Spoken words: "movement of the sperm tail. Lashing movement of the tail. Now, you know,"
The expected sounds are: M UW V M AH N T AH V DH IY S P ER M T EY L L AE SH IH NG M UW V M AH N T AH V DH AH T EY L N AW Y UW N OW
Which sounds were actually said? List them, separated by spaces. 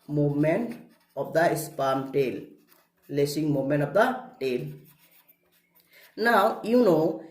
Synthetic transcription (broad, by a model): M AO M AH N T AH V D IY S P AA M T EY L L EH S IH NG M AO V M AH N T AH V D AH T EY L N AW Y UW N OW